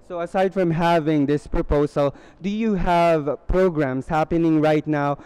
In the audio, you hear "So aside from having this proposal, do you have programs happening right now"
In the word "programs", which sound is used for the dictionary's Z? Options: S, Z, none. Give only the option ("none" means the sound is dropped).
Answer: S